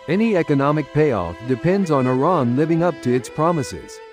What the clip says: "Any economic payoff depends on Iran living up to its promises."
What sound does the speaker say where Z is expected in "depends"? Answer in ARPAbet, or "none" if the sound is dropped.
Z